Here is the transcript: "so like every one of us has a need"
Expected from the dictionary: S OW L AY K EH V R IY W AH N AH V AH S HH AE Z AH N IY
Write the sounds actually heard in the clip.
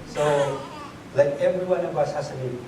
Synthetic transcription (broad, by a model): S OW L AY K EH V R IY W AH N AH B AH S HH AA S AH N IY